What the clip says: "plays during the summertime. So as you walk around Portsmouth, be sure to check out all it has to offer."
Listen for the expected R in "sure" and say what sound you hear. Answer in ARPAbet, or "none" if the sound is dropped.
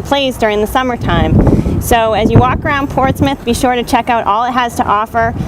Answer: R